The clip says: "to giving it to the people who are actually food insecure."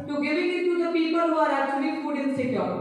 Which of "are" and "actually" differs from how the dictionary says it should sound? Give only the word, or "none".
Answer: actually